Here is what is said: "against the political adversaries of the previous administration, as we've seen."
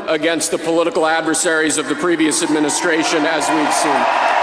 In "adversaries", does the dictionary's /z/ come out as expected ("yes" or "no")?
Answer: yes